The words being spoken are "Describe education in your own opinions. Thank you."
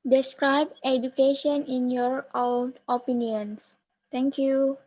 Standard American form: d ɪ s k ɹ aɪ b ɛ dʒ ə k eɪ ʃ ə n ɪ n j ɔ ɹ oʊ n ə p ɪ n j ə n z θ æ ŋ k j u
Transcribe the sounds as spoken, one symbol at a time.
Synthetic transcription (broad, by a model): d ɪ s k ɹ aɪ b ɛ dʒ ə k eɪ ʃ ə n ɪ n j ɔ ɹ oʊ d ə p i n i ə n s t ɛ ŋ k j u